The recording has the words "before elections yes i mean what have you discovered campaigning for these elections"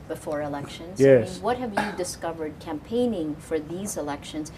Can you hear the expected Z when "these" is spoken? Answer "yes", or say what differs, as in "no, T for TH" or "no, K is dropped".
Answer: yes